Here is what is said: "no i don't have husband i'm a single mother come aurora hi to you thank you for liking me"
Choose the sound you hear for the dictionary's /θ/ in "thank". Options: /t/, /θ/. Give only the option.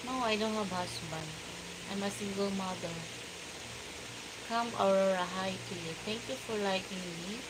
/t/